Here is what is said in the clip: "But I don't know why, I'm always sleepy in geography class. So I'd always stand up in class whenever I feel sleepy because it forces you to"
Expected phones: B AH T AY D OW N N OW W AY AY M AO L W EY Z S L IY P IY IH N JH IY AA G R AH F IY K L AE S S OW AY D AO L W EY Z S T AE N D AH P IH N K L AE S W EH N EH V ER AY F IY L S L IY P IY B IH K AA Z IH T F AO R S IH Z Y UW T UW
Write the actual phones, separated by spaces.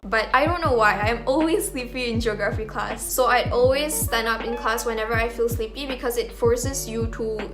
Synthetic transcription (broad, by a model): B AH T AY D OW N N OW W AY AY M AO L W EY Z S L IY P IY IH N JH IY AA G R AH F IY K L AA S S OW AY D AO L W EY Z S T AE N AH P IH N K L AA S W EH N EH V ER AY F IY L S L IY P IY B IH K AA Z IH T F AO R S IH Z Y UW T UW